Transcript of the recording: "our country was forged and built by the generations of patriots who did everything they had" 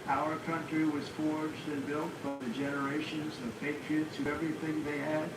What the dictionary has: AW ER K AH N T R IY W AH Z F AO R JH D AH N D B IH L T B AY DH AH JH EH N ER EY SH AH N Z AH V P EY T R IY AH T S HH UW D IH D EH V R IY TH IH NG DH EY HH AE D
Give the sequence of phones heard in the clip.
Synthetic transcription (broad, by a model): AW ER K AH N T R IY W AH Z F AO R JH D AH N B IH L T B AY DH AH JH EH N ER EY SH AH N Z AH V P EY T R IY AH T S HH UW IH EH V R IY TH IH NG DH EY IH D